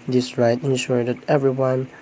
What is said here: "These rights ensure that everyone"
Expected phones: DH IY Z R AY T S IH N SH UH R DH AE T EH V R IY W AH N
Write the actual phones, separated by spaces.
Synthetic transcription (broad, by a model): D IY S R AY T IH N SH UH R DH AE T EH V R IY W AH N